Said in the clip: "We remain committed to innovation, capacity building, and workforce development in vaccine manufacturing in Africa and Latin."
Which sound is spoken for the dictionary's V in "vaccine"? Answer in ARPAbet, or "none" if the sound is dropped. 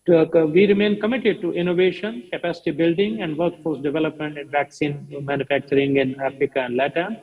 V